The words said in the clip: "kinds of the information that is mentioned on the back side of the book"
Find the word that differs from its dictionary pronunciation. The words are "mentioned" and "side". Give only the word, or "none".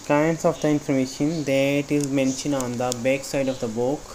mentioned